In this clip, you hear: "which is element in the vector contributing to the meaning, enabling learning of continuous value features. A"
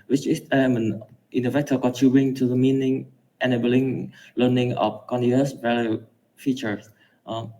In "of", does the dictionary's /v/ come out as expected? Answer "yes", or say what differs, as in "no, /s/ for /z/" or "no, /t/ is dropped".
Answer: no, /f/ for /v/